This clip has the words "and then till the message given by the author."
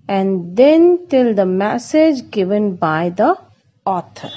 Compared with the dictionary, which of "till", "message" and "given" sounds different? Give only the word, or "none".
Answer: none